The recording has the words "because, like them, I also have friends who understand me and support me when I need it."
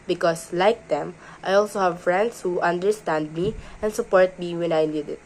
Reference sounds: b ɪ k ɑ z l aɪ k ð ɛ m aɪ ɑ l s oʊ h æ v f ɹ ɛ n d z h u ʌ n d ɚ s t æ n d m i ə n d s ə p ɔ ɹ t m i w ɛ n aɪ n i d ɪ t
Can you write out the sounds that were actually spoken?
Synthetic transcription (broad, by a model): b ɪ k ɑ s l aɪ k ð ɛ m aɪ ɑ l s oʊ h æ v f ɹ ɛ n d s h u ʌ n d ɚ s t æ n d m i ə n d s ə p ɔ ɹ t m i w ɛ n aɪ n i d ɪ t